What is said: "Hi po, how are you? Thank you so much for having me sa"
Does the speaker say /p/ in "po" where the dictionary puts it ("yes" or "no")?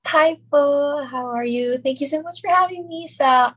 no